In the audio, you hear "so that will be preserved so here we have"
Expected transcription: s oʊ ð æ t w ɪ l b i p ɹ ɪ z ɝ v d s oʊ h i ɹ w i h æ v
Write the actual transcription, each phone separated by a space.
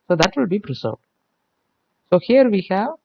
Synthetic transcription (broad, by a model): s oʊ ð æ t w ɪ l b i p ɹ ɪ s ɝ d s oʊ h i ɹ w i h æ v